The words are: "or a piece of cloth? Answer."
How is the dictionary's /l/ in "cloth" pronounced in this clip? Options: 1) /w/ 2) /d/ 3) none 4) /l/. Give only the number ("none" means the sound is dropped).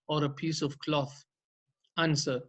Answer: 4